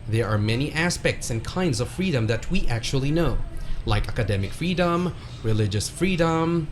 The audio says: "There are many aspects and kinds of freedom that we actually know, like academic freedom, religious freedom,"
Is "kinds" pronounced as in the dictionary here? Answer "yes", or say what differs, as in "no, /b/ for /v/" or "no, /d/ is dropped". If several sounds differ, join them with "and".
yes